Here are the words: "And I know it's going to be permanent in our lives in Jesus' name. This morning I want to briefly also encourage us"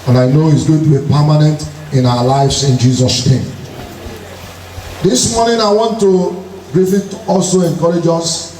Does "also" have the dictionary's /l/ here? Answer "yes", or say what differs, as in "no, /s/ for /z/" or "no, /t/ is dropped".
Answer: yes